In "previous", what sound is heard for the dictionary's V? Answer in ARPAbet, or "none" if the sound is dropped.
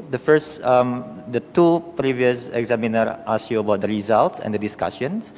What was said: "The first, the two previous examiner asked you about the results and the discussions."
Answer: V